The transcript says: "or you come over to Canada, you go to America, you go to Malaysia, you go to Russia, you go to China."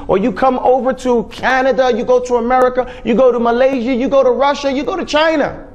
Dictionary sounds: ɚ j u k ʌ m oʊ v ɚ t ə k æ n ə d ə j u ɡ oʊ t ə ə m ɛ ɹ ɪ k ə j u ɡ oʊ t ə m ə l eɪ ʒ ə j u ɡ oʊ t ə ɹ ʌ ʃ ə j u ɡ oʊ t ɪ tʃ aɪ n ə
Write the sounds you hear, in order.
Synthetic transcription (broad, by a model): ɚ j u k ʌ m oʊ v ɚ t ə k æ n ə d ə j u ɡ oʊ t ə ə m ɛ ɹ ɪ k ə j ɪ ɡ oʊ t ə m ə l eɪ ʒ ə j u ɡ oʊ t ə ɹ ʌ ʃ ə j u ɡ oʊ t ɪ tʃ aɪ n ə